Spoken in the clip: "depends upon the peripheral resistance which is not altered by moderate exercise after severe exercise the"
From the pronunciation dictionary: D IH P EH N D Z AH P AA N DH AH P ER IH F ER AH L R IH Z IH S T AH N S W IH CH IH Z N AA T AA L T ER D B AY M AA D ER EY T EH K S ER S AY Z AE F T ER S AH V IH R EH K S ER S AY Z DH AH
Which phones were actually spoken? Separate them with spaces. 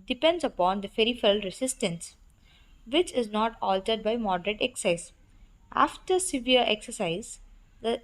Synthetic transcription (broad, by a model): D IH P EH N D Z AH P AA N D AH F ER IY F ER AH L R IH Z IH S T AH N S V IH CH IH Z N AA T AA L T ER D B AY M AA D ER EY T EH K S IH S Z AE F T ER S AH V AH R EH K S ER S AY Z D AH